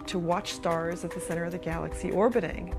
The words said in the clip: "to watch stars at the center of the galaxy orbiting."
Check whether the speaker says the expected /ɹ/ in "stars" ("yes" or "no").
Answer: yes